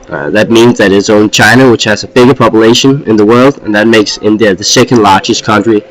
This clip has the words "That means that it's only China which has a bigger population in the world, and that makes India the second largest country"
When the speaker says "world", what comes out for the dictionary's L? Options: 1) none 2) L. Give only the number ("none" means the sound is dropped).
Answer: 2